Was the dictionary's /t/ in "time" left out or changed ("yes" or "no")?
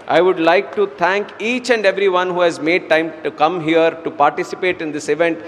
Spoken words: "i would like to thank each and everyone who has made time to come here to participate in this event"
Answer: no